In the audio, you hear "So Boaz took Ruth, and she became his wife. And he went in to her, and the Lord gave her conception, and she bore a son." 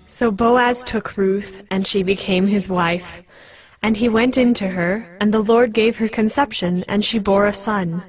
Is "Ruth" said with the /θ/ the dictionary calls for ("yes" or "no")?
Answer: yes